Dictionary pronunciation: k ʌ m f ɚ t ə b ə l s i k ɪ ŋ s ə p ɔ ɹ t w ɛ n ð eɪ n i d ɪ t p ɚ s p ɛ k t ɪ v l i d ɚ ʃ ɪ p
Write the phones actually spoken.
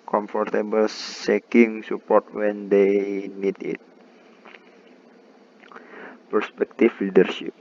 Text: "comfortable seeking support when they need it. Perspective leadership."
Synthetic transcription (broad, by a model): k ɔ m f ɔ t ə b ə l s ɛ k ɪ ŋ s ə p ɔ ɹ t w ɛ n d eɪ n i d ɪ t p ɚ s p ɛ k t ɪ f l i d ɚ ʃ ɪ p